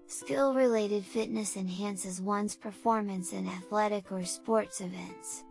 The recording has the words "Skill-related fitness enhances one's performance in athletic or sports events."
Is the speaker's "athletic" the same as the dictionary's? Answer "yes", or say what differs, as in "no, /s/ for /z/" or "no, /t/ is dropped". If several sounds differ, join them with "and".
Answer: yes